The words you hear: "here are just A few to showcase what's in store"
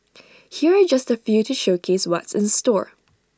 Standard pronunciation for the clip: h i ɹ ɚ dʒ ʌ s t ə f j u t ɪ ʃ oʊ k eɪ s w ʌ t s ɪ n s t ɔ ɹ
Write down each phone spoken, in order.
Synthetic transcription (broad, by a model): h i ɹ ɚ dʒ ʌ s t ə f j u t ɪ ʃ oʊ k eɪ s w ʌ t s ɪ n s t ɔ ɹ